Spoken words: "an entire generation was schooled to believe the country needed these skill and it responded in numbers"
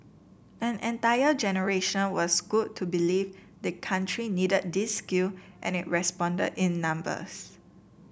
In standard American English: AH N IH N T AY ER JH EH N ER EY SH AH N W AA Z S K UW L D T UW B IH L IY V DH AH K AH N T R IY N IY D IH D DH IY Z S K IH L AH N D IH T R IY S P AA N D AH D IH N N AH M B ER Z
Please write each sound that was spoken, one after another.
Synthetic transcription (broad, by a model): AH N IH N T AY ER JH EH N ER EY SH AH N W AA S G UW D T UW B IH L IY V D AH K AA N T R IY N IY D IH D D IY S K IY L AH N IH T R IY S P AA N D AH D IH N N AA M B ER S